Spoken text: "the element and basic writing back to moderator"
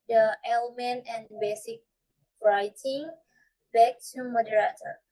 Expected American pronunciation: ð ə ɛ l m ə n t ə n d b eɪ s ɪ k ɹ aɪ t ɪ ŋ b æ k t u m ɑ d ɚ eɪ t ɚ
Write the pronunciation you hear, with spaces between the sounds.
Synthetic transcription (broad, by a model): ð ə ɛ l m ə n t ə n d b eɪ s ɪ k ɹ aɪ t ɪ ŋ b æ k t u m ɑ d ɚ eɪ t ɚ